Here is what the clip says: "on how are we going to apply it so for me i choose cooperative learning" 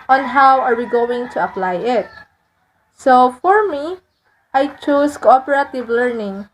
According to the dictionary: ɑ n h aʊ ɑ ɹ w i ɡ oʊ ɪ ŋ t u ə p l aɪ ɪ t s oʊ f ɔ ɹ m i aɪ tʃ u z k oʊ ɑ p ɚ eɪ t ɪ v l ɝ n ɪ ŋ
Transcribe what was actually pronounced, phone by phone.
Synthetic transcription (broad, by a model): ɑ n h aʊ ɑ ɹ w i ɡ oʊ ɪ ŋ t u ə p l aɪ ɪ t s oʊ f ɔ ɹ m i aɪ tʃ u s k oʊ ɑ p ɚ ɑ t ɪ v l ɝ n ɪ ŋ